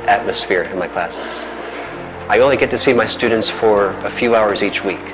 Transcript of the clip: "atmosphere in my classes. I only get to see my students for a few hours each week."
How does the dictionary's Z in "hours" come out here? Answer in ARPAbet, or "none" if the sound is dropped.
Z